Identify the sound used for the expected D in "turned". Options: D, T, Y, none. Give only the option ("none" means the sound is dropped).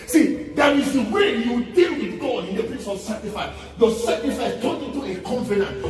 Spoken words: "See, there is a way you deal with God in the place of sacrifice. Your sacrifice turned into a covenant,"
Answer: none